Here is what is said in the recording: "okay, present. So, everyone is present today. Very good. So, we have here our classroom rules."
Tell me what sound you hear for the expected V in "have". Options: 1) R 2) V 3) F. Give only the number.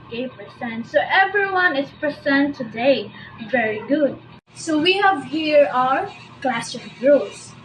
2